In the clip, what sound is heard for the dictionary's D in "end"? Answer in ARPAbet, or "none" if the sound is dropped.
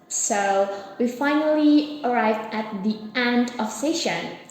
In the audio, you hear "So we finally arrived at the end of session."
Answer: D